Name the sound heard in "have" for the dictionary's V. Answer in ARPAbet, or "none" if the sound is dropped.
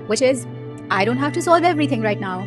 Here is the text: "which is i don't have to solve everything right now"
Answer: F